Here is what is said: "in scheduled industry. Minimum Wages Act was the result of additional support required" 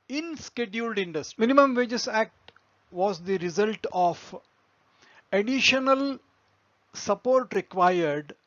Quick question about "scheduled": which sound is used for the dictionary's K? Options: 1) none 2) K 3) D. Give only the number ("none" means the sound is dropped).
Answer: 2